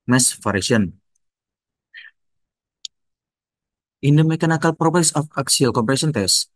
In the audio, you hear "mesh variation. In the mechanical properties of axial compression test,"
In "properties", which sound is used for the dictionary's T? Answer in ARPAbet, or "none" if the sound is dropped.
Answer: S